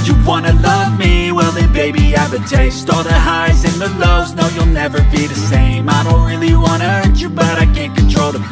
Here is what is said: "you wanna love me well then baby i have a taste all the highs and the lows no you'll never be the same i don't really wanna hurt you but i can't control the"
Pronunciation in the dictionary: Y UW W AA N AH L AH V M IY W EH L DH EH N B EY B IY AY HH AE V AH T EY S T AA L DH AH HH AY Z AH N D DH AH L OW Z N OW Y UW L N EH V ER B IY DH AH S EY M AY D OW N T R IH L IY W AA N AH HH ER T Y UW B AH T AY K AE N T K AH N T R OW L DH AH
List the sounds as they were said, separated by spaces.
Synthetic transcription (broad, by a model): Y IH W AA N AH L AH V M IY W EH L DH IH B EY B IY AY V AH T EY S T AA DH AH HH AY Z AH N DH AH L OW Z N OW Y UW L N EH V ER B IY DH AH S EY M AY D OW N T R IH L IY W AA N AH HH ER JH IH B AH T AY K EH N K AH N T R OW L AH